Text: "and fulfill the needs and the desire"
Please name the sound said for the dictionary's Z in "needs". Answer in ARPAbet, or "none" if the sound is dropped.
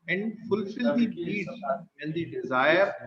none